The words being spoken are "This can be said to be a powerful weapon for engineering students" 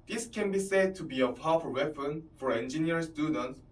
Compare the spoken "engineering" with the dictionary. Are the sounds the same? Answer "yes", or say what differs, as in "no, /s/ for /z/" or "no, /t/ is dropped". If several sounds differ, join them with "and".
no, /ɹ/ is dropped